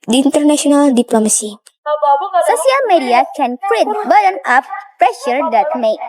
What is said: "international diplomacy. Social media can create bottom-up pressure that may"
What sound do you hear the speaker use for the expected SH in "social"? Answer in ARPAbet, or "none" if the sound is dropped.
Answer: S